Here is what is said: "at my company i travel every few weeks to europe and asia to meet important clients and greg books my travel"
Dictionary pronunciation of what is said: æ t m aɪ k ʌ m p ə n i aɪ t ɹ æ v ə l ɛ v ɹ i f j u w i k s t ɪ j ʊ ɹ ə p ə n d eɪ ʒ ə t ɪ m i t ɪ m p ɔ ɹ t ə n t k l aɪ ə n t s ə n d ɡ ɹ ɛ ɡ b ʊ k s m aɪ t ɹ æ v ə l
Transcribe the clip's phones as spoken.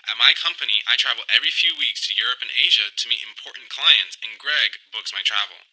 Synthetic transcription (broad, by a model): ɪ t m aɪ k ʌ m p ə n i aɪ t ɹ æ v l ɛ v ɹ i f j u w i k s t ɪ j ʊ ɹ ə p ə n eɪ ʒ ə t ɪ m i t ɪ m p ɔ ɹ t n k l aɪ ə n t s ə n ɡ ɹ ɛ ɡ b ʊ k s m aɪ t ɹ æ v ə l